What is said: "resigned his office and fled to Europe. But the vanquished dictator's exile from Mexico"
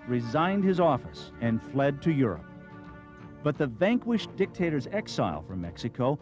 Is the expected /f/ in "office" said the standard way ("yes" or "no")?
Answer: yes